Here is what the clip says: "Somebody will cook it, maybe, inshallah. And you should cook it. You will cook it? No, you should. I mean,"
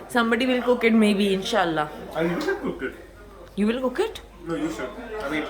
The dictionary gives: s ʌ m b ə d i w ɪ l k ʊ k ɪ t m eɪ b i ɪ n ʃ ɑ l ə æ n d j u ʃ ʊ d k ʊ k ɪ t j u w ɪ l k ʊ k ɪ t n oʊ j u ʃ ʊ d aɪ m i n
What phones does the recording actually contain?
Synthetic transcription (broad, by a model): s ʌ m b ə d i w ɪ l k ʊ k ɪ t m eɪ b i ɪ n ʃ ɑ ə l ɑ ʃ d k ʊ k ɪ t j u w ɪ l k ʊ k ɪ t n oʊ j u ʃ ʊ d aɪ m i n